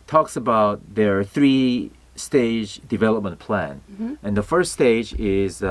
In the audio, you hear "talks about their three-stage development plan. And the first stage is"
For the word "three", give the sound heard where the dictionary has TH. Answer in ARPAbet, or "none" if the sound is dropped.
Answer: TH